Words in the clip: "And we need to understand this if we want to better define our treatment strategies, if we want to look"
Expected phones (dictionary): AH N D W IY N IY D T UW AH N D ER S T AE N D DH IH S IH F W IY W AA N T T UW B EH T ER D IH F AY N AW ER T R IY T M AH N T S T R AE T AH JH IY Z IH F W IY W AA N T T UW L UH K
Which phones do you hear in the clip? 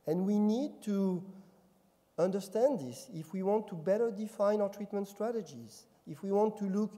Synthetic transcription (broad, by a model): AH N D W IY N IY D T UW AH N D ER S T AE N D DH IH S IH F W IY W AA N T T UW B EH T ER D IH F AY N AW ER T R IY T M AH N T S T R AE T AH JH IY Z IH F W IY W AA N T T UW L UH K